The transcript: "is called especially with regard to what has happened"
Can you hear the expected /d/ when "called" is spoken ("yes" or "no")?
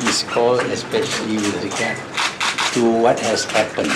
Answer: no